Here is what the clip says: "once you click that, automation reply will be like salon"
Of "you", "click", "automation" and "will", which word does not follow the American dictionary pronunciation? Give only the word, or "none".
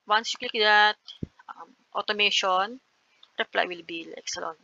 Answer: click